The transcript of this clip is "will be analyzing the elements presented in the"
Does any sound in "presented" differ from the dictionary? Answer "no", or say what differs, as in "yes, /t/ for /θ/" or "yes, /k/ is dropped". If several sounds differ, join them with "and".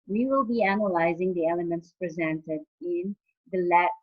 no